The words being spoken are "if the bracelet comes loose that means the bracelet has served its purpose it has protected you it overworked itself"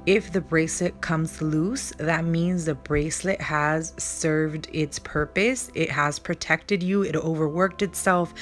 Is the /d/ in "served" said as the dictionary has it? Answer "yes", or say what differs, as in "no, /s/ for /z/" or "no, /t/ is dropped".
yes